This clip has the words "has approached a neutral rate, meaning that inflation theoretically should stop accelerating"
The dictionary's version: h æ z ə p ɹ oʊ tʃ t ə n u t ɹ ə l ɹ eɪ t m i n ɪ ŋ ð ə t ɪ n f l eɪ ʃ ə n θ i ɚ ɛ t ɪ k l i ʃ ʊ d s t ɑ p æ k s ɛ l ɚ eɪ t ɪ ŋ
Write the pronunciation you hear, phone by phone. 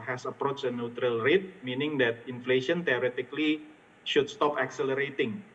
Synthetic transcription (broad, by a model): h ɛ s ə p ɹ oʊ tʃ ə n u t ɹ ə l ɹ eɪ t m i n ɪ ŋ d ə t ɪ n f l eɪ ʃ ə n t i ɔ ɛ t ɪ k l i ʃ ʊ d s t ɑ p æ k s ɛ l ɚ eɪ t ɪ ŋ